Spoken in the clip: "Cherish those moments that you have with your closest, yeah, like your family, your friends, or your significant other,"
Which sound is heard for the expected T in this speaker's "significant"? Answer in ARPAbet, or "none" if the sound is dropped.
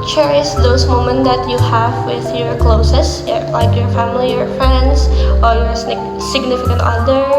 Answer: T